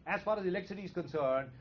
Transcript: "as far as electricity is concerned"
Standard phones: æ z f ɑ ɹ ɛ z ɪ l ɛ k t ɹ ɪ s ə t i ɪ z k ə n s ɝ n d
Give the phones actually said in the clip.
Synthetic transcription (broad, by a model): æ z f ɑ ɹ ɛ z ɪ l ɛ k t s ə t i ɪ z k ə n s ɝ n d